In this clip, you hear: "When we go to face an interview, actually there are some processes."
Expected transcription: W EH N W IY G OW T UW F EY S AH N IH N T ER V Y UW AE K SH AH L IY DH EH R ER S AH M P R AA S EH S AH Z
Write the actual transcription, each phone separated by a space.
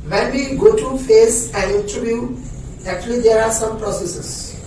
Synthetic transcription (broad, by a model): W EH N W IY G OW T UW F EY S AH N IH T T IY B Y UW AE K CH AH L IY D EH R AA S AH M P R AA S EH S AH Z